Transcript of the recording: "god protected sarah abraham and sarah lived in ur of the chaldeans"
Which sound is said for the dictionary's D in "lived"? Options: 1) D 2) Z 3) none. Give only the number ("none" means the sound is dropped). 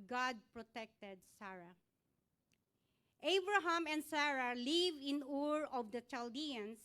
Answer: 3